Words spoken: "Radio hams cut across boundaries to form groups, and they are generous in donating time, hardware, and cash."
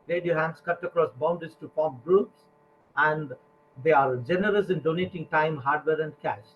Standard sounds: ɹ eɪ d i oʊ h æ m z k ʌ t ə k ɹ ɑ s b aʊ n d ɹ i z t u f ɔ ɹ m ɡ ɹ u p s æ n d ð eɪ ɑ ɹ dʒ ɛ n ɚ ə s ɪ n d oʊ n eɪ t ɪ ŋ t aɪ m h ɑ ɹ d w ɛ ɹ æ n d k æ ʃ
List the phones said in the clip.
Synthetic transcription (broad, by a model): ɹ eɪ d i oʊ h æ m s k ʌ t ə k ɹ ɑ s b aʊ n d i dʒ t u p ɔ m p ɡ ɹ u p s æ n d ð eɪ ɑ ɹ dʒ ɛ n ɚ ə s ɪ n d oʊ n eɪ t ɪ ŋ t aɪ m h ɑ ɹ d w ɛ ɹ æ n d k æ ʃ